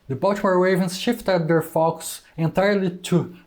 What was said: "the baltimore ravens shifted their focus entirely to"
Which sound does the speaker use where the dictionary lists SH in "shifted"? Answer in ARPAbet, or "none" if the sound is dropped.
SH